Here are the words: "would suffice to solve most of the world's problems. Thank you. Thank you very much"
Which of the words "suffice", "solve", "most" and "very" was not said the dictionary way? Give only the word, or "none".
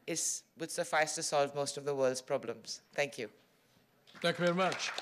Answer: none